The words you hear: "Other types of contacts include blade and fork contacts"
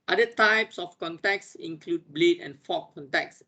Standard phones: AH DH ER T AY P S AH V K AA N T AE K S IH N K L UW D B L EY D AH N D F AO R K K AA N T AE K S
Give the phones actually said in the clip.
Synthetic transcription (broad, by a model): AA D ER T AY P S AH F K AA N T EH K S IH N K L UW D B L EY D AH N F AO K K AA N T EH K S